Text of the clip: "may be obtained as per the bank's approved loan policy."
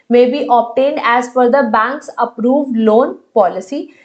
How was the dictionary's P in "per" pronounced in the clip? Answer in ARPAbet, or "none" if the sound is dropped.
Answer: F